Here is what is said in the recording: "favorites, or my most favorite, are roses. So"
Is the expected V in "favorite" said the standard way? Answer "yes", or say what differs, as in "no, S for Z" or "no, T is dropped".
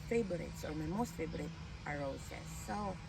no, B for V